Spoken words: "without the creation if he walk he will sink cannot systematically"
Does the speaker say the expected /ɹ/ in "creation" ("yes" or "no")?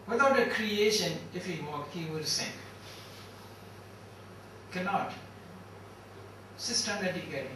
yes